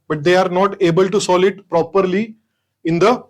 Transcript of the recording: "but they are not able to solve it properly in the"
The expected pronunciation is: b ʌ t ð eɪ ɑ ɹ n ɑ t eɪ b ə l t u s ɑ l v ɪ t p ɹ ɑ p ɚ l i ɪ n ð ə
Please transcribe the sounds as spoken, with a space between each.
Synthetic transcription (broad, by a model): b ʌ t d eɪ ɑ ɹ n ɑ t eɪ b ə l t u s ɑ l ɪ t p ɹ ɑ p ɚ l i ɪ n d ə